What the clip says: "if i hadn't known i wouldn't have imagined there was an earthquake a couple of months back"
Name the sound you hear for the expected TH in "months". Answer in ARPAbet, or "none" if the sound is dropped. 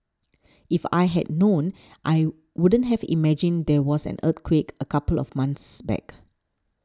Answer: S